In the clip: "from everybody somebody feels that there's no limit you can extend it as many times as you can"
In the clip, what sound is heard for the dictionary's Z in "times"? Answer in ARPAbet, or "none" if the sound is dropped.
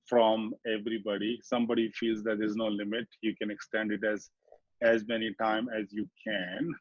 none